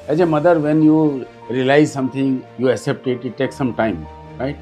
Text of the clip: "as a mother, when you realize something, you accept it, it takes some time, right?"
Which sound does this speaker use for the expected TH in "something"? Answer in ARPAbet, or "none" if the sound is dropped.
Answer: T